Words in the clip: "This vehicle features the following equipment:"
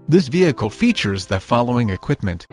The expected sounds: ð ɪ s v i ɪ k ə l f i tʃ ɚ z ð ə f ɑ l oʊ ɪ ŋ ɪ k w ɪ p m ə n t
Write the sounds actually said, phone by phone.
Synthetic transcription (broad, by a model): ð ɪ s v i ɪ k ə l f i tʃ ɚ z ð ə f ɑ l oʊ ɪ ŋ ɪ k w ɪ p m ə n t